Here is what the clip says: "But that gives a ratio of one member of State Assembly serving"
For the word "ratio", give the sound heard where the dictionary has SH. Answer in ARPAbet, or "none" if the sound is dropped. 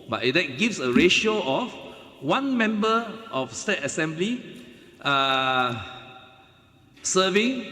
SH